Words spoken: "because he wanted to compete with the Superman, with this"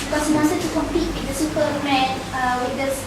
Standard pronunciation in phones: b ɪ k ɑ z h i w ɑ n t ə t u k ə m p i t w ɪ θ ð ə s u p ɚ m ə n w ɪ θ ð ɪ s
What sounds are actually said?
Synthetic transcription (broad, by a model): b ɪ k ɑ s h i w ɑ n s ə t u k ə m p i t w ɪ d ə s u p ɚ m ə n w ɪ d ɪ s